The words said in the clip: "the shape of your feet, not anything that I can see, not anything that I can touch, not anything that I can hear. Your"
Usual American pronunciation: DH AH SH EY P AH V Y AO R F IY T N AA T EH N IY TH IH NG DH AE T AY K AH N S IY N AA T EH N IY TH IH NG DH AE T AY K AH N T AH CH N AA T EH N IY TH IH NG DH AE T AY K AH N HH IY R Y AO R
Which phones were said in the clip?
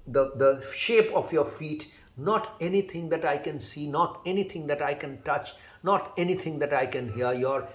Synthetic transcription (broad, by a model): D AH SH EY P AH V Y AO R F IY T N AA T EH N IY T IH NG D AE T AY K AH N S IY N AA T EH N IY T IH NG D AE T AY K AH N T AH CH N AA T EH N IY T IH NG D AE T AY K AH N HH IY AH Y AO R